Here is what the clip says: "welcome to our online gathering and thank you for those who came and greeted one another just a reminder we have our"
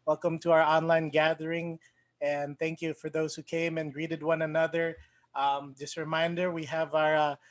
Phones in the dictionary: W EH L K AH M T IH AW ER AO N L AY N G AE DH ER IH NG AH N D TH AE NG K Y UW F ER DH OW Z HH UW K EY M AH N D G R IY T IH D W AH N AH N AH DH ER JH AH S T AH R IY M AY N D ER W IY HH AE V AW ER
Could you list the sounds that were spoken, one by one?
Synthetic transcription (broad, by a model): W EH L K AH M T IH AW ER AO N L AY N G AE DH ER IH NG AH N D TH AE NG K Y UW F ER DH OW Z HH UW K EY M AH N G R IY T IH D W AH N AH N AH DH ER JH AH S T R IY M AY N D ER W IY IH V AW ER